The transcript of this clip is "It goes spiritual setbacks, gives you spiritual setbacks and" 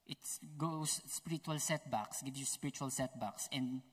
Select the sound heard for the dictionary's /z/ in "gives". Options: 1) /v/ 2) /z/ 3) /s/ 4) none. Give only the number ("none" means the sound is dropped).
4